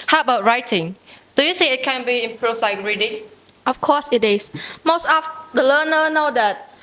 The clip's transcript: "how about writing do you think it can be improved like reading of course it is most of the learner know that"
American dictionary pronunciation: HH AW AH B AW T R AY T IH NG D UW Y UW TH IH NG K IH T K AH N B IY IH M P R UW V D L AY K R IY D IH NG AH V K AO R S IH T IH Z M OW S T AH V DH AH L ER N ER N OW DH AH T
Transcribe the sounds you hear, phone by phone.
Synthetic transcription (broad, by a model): HH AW AH B AW T R AY T IH NG D UW Y UW S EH IH T K AH N B IY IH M P R UW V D L AY K R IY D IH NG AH F K AO S IH T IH S M OW S T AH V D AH L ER N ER N OW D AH T